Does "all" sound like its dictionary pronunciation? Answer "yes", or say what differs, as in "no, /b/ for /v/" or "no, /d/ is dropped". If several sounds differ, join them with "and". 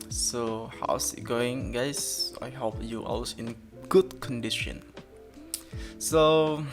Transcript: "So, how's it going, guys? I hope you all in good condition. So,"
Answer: no, /w/ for /l/